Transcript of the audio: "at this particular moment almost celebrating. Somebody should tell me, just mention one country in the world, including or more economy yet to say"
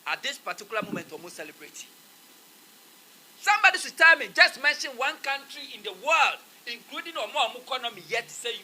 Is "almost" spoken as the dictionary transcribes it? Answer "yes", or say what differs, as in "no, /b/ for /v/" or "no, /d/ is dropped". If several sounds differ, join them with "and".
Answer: no, /l/ is dropped